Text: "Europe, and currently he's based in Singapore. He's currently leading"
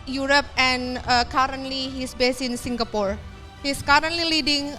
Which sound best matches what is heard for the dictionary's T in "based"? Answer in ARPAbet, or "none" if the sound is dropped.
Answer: none